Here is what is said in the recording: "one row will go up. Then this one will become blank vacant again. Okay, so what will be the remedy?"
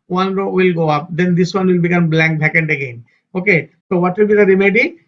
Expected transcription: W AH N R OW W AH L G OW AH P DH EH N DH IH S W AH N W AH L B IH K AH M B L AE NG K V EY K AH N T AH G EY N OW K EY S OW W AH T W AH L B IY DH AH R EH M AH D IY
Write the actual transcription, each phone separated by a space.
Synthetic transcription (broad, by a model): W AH N R OW W AH L G OW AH P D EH N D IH S W AH N W AH L B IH K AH M B L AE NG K B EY K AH N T AH G EY N OW K EY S OW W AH T W AH L B IY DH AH R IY M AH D IY